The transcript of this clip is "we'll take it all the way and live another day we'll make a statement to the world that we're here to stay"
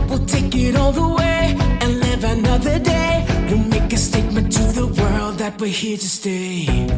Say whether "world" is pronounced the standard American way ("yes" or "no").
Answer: yes